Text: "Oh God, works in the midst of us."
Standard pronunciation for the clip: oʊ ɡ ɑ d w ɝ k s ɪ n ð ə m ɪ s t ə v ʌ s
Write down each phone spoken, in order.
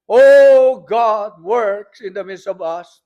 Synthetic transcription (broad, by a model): oʊ ɡ ɑ d w ɝ k s ɪ n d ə m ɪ s ə v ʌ s